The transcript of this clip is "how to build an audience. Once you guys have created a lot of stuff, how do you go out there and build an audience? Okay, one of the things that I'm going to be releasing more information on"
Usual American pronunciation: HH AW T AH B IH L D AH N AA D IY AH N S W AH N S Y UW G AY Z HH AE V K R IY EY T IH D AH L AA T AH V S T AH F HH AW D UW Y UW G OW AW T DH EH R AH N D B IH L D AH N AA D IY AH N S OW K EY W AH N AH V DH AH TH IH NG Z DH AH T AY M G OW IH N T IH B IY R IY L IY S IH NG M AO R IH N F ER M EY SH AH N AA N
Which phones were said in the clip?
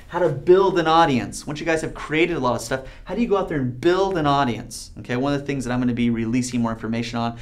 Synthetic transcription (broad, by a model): HH AW T AH B IH L D AH N AA D IY AH N S W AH N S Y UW G AY Z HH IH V K R IY EY T IH D AH L AA T AH V S T AH F HH AW D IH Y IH G OW AW T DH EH R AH N B IH L D AH N AA D IY AH N S OW K EY W AH N AH V DH AH TH IH NG Z DH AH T AY M G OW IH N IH B IY R IY L IY S IH NG M AO R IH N F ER M EY SH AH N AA N